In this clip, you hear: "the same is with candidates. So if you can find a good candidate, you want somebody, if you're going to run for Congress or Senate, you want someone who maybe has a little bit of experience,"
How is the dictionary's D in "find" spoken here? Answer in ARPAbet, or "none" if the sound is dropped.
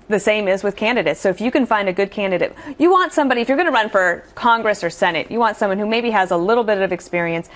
D